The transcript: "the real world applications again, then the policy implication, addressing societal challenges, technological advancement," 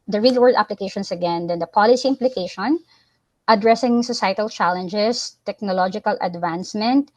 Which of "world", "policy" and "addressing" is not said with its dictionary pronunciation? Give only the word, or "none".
world